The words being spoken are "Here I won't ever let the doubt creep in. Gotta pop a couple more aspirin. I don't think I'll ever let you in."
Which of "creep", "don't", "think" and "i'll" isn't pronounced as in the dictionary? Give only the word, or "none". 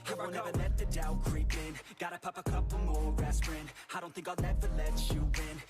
i'll